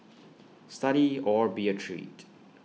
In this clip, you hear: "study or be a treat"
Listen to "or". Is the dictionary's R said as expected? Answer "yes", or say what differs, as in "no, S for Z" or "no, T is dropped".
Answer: yes